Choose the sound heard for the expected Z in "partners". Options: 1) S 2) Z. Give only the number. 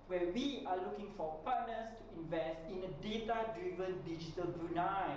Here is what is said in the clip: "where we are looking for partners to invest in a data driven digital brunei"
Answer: 1